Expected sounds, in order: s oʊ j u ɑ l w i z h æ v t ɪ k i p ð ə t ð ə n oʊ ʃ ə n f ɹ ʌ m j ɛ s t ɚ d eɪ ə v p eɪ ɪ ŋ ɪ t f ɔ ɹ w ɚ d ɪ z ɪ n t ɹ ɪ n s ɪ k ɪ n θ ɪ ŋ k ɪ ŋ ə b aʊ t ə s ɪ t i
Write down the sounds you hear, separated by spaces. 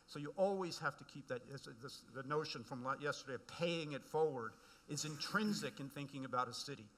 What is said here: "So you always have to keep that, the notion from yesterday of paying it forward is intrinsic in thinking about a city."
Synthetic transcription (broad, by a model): s oʊ j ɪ ɑ l w i z h æ f t ɪ k i p ð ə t ð ə n oʊ ʃ ə n f ɹ ʌ m j ɛ s t ɚ d eɪ ə v p eɪ ɪ ŋ ɪ t f ɔ ɹ w ɚ d ɪ z ɪ n t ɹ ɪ n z ɪ k ɪ n θ ɪ ŋ k ɪ ŋ ə b aʊ t ə s ɪ t i